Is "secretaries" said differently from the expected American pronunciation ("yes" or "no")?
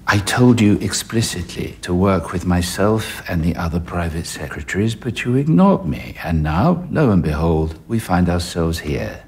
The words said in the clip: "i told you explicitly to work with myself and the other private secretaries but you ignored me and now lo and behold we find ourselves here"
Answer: no